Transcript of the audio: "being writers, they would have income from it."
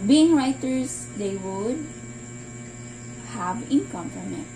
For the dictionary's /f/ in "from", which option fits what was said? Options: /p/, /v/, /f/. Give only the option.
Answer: /p/